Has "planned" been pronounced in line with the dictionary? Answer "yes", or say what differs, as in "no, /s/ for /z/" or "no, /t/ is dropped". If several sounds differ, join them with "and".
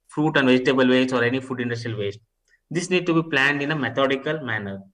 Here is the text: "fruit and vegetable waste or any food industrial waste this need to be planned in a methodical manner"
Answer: yes